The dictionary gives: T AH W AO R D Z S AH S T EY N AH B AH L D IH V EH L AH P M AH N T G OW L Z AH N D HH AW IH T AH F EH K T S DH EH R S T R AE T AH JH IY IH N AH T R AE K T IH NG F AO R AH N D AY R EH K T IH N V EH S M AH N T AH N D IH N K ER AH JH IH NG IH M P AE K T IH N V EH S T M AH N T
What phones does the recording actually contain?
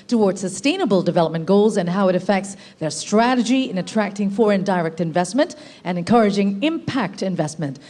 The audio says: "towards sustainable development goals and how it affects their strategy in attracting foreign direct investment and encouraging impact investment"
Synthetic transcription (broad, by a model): T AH W AO R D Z S AH S T EY N AH B AH L D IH V EH L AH P M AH N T G OW L Z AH N HH AW IH T AH F EH K T S DH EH R S T R AE T AH JH IY IH N AH T R AE K T IH NG F AO R AH N D AY R EH K T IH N V EH S M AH N T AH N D IH N K ER AH JH IH NG IH M P AE K T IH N V EH S T M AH N T